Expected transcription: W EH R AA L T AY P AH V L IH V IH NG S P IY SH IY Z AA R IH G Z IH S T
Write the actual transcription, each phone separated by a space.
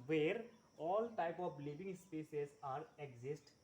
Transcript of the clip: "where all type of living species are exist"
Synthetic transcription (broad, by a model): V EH R AA L T AY P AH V L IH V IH NG S P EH S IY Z AA R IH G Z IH S T